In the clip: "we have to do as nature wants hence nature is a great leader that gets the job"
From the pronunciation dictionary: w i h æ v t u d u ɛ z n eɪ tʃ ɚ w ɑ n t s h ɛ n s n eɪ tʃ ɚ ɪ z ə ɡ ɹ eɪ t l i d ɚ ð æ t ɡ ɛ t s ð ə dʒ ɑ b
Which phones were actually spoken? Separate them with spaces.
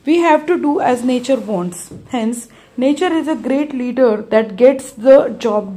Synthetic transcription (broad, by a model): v i h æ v t u d u ɛ z n eɪ tʃ ɚ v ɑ n t s h ɛ n s n eɪ tʃ ɚ ɪ z ə ɡ ɹ eɪ t l i d ɚ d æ t ɡ ɛ t s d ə dʒ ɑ b